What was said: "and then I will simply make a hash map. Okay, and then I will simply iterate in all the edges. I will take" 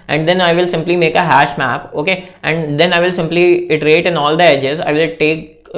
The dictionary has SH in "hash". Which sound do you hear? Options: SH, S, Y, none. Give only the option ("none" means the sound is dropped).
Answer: SH